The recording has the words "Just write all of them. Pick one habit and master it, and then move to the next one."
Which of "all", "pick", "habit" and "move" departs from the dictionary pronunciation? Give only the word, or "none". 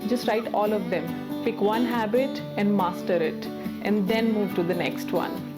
none